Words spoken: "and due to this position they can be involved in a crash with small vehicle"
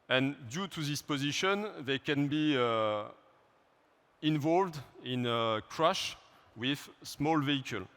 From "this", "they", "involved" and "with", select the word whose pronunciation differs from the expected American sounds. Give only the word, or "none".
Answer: none